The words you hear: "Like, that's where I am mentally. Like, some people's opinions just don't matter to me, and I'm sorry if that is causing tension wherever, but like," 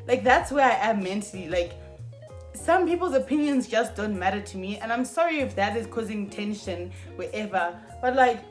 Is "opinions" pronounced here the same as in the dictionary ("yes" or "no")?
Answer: yes